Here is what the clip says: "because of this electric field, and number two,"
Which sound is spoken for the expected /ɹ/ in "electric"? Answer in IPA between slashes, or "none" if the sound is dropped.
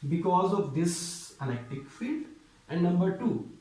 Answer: none